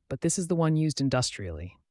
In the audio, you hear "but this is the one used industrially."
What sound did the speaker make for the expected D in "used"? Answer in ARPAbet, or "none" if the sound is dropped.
D